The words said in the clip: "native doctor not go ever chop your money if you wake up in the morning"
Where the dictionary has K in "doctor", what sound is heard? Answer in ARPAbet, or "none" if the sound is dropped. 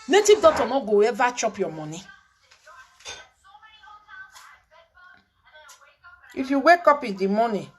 none